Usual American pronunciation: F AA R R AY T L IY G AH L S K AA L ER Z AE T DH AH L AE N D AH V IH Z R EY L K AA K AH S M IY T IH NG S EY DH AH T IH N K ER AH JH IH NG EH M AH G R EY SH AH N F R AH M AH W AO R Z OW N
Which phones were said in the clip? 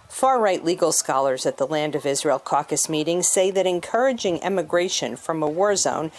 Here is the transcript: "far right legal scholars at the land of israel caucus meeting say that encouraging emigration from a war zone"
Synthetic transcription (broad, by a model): F AA R R AY T L IY G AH L S K AA L ER Z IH T DH AH L AE N D AH V IH Z R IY L K AA K AH S M IY T IH NG S EY DH AH T IH N K ER AH JH IH NG EH M AH G R EY SH AH N F R AH M AH W AO R Z OW N